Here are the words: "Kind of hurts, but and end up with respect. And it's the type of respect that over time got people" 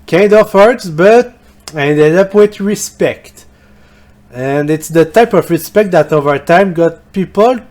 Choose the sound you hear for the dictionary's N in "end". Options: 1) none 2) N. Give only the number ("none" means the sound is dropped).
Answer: 1